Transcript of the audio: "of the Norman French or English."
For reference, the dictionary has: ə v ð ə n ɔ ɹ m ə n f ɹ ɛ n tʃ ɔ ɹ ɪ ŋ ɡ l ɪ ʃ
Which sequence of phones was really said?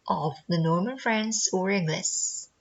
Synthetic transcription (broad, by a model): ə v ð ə n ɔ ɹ m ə n f ɹ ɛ n s ɔ ɹ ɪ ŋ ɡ l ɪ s